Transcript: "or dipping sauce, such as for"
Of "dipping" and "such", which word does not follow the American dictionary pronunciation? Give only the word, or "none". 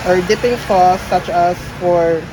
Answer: none